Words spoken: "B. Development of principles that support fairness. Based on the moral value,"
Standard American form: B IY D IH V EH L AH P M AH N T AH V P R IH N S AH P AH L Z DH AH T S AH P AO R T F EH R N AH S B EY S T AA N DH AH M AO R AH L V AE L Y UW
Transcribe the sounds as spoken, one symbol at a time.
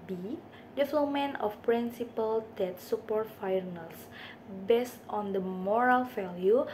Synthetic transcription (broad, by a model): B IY D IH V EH L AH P M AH N AH F P R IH N S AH P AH L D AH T S AH P AO R T F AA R N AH S B EY S T AA N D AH M AO R AH L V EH L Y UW